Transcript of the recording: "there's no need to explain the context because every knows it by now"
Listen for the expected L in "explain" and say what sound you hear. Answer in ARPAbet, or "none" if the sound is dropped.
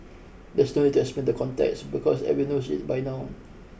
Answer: none